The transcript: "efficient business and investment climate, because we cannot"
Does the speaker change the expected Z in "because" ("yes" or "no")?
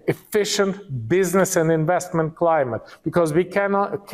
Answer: no